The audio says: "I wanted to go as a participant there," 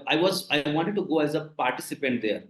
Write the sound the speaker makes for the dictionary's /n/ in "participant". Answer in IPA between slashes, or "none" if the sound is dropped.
/n/